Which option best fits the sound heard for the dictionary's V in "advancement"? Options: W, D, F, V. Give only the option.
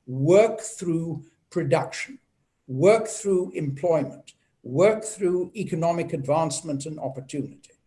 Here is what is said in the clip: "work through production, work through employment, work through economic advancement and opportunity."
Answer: V